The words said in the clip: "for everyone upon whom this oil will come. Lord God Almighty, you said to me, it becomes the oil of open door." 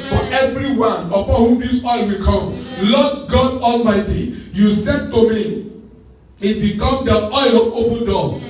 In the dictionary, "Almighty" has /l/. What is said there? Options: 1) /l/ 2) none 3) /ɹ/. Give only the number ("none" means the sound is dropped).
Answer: 1